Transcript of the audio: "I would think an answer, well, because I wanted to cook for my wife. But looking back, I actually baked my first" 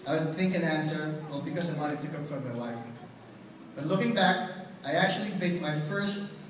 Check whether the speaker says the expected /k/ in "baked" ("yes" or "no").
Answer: no